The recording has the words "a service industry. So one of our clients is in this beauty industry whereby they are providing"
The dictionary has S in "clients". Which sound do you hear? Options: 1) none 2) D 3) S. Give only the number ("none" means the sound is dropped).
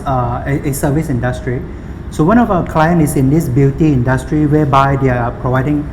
1